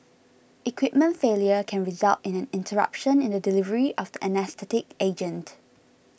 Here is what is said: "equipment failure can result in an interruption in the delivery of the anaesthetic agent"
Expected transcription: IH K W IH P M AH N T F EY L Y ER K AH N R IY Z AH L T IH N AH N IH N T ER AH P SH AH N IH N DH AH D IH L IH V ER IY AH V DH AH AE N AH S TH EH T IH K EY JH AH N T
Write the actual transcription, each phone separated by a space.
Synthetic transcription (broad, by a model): IH K W IH P M AH N T F EY L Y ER K AH N R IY Z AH L T IH N AH N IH N T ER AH P SH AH N IH N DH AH D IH L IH V ER IY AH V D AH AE N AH S T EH T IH K EY JH AH N T